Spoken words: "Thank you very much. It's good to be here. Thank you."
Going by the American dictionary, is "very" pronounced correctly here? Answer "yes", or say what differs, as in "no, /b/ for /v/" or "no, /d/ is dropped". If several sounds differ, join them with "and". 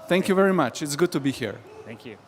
yes